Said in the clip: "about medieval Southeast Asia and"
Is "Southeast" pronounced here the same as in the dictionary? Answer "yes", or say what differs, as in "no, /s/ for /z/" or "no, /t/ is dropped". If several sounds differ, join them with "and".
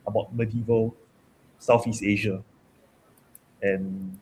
no, /f/ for /θ/